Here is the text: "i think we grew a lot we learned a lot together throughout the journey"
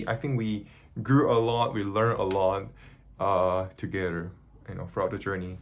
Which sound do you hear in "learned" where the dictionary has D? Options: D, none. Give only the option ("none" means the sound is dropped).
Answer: none